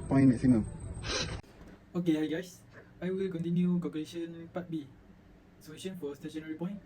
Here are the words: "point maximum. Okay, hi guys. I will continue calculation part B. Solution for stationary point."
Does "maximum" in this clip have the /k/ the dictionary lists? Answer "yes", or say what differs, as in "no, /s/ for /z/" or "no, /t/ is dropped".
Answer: no, /k/ is dropped